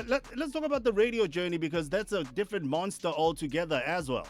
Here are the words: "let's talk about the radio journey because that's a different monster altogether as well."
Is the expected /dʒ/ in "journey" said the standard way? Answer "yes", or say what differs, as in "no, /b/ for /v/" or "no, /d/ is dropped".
yes